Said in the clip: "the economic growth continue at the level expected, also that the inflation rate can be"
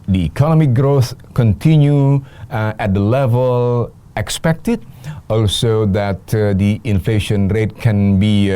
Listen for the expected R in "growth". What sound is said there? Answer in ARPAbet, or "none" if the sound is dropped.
R